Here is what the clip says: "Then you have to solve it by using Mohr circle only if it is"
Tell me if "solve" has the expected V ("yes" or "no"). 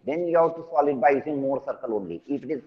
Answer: no